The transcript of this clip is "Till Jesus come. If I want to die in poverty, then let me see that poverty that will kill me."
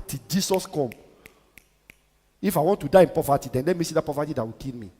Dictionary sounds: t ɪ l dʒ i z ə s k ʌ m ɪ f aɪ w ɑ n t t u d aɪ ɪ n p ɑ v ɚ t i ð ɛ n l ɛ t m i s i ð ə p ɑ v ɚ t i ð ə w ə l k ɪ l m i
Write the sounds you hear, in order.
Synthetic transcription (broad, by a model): t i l dʒ i s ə s k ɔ m ɪ f aɪ w ɑ n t t u d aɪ ɪ n p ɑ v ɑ t i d ɛ n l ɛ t m i s i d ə p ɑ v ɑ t i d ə w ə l k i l m i